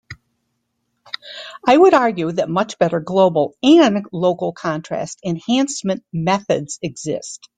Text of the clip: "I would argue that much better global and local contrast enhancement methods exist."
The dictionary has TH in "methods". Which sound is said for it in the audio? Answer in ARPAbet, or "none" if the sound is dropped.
TH